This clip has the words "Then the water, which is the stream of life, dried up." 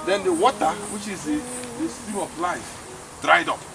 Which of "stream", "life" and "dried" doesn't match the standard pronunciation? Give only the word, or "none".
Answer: stream